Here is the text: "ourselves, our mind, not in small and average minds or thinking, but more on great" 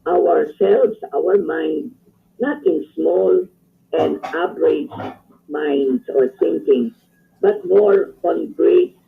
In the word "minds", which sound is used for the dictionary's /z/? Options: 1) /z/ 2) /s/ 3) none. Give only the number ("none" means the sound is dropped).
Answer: 2